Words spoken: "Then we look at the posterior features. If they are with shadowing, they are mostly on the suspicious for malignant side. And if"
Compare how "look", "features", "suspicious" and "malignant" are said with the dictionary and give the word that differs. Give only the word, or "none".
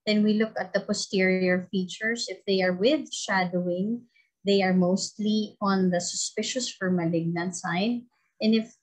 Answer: features